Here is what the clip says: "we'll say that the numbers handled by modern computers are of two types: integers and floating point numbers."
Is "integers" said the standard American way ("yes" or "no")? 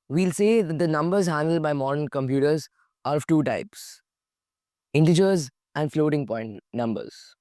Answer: yes